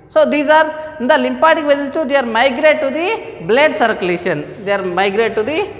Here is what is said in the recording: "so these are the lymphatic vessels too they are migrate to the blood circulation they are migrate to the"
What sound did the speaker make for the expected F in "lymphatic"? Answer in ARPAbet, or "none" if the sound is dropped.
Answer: P